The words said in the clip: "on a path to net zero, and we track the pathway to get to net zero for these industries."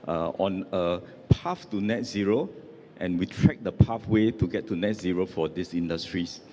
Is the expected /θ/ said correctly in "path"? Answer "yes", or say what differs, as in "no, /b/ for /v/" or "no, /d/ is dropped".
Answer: no, /f/ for /θ/